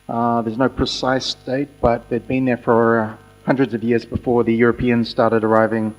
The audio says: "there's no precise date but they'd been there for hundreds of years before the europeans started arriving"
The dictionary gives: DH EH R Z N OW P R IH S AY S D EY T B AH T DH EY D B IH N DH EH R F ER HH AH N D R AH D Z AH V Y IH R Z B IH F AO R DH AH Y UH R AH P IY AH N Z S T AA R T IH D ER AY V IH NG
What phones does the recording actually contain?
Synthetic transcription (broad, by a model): DH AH R Z N OW P R IH S AY S D EY T B AH T DH EY D B IH N DH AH R F ER HH AH N D R AH D Z AH V Y IH R Z B IH F AO R DH AH Y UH R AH P IY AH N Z S T AA R T IH D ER AY V IH NG